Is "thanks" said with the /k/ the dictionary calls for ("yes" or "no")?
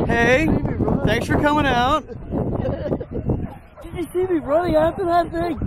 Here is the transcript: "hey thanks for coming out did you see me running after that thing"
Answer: yes